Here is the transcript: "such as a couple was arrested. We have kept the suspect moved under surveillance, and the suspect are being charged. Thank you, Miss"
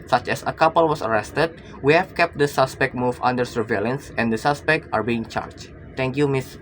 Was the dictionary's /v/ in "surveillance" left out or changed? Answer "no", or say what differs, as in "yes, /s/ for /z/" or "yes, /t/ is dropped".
no